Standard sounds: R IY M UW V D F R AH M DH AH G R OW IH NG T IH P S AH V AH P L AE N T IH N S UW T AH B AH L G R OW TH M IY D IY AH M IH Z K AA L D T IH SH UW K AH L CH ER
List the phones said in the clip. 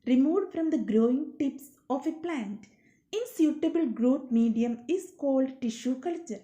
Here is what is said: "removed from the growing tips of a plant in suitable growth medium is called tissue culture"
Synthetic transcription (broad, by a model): R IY M UW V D F R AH M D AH G R OW IH NG T IH P S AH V AH P L AE N T IH N S UW T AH B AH L G R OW T M IY D IY AH M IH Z K AA L D T IH SH UW K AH L CH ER